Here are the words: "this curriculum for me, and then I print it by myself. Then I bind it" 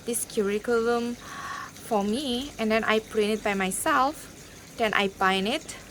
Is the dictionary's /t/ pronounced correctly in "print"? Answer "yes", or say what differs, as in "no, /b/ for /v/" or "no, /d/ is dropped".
no, /t/ is dropped